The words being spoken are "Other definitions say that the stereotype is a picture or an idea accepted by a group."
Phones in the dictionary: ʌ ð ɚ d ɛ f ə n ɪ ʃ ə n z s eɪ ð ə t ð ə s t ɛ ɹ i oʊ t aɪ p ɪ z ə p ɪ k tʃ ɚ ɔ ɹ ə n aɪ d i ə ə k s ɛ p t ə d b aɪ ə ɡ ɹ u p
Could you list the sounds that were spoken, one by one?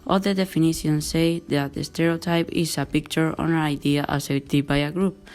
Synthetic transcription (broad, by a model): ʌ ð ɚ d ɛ f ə n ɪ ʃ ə n s eɪ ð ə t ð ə s t ɛ ɹ i oʊ t aɪ p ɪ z ə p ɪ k tʃ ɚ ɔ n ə aɪ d i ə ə s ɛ t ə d b aɪ ə ɡ ɹ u p